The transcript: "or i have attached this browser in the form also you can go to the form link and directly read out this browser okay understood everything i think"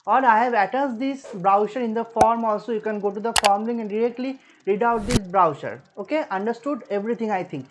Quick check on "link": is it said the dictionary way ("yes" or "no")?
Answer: no